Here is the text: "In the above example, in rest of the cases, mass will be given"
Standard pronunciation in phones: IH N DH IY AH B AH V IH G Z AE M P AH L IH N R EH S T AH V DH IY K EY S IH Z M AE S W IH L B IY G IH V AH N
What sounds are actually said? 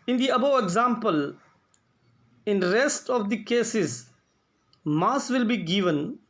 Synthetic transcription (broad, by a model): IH N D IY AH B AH IH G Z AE M P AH L IH N R EH S T AH V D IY K EY S IH Z M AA S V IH L B IY G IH V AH N